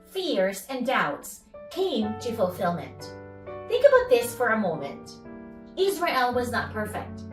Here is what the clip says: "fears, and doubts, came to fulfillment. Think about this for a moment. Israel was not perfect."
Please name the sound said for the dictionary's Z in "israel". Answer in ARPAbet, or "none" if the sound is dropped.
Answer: Z